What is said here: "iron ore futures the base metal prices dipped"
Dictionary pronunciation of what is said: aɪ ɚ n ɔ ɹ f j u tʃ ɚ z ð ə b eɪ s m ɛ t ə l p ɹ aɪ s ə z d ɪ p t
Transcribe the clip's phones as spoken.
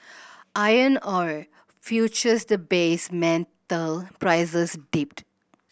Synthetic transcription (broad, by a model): aɪ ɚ n ɔ ɹ f j u tʃ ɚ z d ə b eɪ s m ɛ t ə l p ɹ aɪ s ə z d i p t